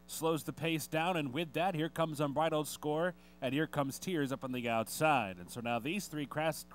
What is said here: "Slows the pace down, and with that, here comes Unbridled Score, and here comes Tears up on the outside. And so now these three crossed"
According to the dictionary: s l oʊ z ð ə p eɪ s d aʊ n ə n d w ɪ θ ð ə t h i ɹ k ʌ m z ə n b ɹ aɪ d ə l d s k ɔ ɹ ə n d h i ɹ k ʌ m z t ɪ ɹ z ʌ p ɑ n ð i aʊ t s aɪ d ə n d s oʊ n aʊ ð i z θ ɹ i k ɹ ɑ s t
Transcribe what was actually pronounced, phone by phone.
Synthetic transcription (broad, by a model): s l oʊ z ð ə p eɪ s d aʊ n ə n w ɪ ð ə t h i ɹ k ʌ m z n b ɹ aɪ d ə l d s k ɔ ɹ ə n h i ɹ k ʌ m z t ɪ ɹ z ʌ p n ð i aʊ t s aɪ d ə n s oʊ n aʊ ð i z θ ɹ i k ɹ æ s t